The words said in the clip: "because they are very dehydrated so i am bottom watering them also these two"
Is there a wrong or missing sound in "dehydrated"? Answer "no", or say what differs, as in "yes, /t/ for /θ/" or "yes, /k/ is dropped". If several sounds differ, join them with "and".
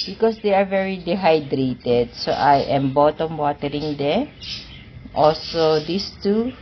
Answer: no